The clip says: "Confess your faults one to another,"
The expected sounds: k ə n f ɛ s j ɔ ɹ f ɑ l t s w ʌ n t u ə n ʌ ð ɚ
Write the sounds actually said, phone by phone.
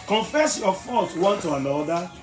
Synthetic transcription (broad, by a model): k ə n f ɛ s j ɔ f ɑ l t w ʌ n t u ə n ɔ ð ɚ